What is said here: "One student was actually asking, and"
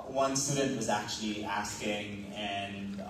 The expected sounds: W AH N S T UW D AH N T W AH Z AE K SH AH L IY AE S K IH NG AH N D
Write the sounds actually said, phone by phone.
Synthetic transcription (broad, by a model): W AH N S T UW D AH N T W AH Z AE K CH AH L IY AE S K IH NG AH N